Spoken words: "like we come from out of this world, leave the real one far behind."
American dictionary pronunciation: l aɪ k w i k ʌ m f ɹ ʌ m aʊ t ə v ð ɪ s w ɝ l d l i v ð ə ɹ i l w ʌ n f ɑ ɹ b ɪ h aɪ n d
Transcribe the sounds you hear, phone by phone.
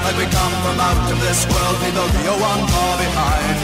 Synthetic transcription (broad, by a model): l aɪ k w i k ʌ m f ɹ ʌ m aʊ t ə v ð ɪ s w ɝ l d w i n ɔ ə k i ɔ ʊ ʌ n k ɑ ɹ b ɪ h aɪ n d